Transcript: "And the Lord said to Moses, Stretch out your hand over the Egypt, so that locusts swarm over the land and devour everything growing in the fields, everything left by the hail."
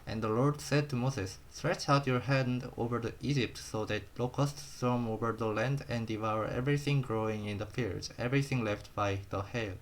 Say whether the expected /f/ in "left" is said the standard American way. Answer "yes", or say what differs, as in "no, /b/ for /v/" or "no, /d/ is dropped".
yes